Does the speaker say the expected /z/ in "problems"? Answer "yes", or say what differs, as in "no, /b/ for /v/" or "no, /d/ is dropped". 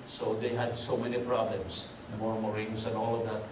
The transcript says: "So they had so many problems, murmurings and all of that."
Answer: no, /s/ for /z/